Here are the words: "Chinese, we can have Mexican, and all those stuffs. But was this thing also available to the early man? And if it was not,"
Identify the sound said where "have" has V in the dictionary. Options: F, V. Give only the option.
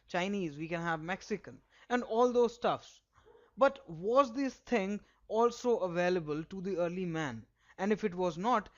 V